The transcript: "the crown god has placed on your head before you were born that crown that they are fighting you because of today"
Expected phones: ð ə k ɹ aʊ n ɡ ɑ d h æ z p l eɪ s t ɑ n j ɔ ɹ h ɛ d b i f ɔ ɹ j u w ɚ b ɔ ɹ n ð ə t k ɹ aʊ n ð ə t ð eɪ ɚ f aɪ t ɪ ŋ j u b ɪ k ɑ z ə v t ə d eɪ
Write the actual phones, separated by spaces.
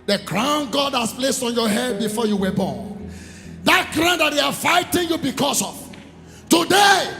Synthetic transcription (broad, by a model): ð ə k ɹ aʊ n ɡ ɑ d h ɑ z p l eɪ s t ɑ n j ɔ h ɛ d b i f ɔ j u w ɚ b ɔ n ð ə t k ɹ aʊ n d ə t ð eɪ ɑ f aɪ t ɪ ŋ j u b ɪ k ɑ s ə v t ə d eɪ